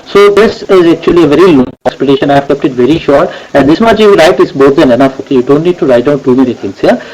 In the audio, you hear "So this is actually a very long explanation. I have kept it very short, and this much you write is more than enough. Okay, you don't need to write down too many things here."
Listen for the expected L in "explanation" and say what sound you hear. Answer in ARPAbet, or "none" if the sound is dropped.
none